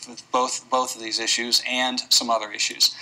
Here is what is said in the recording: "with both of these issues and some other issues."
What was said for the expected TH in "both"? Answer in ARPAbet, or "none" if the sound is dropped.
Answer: TH